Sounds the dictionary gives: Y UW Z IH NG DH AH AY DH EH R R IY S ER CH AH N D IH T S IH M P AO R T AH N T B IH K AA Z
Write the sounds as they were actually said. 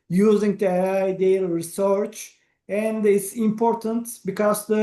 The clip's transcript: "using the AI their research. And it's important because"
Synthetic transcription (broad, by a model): Y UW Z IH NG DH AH AY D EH L R IY S ER CH AH N D IH T S IH M P AO R T AH N T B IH K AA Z